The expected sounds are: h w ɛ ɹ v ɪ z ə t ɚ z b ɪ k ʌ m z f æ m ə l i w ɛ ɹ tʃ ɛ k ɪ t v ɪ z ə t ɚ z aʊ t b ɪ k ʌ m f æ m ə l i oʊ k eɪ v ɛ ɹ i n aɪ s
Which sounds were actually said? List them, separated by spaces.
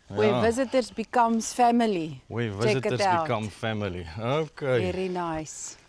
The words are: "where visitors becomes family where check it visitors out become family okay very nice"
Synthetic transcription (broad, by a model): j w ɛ v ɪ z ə t ɚ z b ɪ k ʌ m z f æ m ə l i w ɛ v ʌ ɪ t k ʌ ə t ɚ i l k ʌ m f æ m ə l i oʊ k eɪ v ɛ ɹ i n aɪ s